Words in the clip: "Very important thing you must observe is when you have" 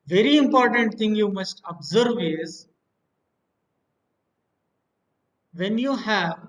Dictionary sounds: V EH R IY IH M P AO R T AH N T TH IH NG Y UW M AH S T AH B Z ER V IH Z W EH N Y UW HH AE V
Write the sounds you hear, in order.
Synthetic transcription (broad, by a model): V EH R IY IH M P AO R T AH N T T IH NG Y UW M AH S T AH B Z ER V IH Z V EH N Y UW HH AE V